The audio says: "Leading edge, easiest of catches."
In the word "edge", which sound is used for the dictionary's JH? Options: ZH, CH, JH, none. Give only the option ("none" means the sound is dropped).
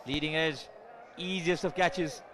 JH